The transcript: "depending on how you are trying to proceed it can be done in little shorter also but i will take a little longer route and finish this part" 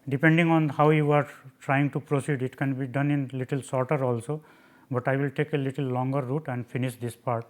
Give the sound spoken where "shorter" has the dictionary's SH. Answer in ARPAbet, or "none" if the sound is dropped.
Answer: S